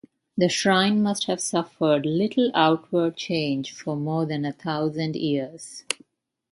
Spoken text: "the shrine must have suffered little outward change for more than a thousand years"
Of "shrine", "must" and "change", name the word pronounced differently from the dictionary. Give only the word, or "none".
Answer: none